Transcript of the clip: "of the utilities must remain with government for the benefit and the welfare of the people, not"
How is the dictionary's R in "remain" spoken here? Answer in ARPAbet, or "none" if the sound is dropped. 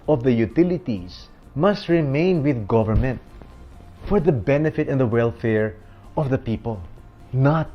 R